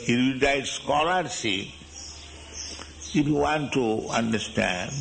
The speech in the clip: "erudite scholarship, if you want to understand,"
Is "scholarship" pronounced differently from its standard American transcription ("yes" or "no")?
yes